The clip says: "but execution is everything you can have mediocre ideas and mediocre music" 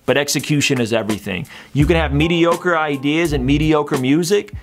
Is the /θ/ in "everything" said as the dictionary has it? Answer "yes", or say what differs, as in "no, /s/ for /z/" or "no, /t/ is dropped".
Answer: yes